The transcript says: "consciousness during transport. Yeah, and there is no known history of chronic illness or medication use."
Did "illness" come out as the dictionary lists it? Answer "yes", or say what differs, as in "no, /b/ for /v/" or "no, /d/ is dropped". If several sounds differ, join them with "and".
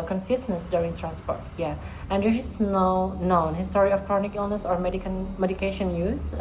yes